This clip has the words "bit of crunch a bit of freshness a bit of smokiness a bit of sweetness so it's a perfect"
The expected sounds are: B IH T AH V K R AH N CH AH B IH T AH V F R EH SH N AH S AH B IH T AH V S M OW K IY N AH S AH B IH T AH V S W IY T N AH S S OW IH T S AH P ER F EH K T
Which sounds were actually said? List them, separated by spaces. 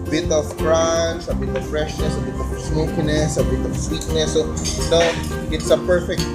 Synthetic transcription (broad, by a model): B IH T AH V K R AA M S AH B IH T AH V F R EH SH N AH S AH B IH T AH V S M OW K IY N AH S AH B IH T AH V S W IY T N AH S S OW IH T S AH P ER F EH K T